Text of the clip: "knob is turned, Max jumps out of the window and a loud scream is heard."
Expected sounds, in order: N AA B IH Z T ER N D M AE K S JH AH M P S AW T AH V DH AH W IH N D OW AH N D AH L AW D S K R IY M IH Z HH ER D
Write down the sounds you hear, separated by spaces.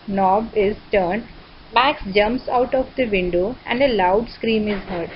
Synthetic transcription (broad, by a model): N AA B IH Z T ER N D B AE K S JH AH M P S AW T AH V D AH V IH N D OW AH N D AH L AW D S K R IY M IH Z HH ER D